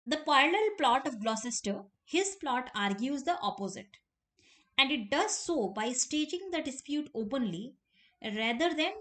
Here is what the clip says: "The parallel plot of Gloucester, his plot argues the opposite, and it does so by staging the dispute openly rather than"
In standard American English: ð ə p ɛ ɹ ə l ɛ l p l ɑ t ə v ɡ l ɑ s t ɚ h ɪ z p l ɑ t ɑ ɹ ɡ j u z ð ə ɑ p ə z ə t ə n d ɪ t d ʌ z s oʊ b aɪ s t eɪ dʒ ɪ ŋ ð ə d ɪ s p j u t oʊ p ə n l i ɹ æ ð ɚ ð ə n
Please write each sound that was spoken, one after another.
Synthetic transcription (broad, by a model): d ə p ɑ ə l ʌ l p l ɑ t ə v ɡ l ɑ s t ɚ h ɪ z p l ɑ t ɑ ɹ ɡ j u z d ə ɑ p ə z ə t ə n d ɪ t d ʌ z s oʊ b aɪ s t eɪ dʒ ɪ ŋ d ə d ɪ s p j u t oʊ p ə n l i ɹ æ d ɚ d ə n